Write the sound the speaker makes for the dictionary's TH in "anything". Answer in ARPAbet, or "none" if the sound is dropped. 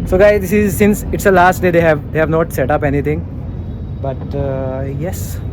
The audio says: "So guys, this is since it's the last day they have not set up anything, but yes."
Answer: T